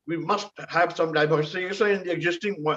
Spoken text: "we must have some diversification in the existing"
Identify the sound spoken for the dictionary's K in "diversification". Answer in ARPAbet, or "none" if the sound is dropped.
none